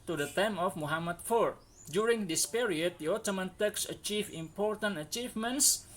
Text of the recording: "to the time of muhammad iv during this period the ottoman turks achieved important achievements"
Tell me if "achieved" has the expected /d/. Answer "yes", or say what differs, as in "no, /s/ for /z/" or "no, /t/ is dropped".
no, /d/ is dropped